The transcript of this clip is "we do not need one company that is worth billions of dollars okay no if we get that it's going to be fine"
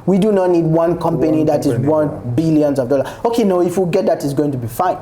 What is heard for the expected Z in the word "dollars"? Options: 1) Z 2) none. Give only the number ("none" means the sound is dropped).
2